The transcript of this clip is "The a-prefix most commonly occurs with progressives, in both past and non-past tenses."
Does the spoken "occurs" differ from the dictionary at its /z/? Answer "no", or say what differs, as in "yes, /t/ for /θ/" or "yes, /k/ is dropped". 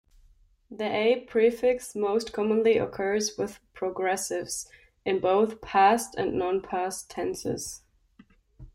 no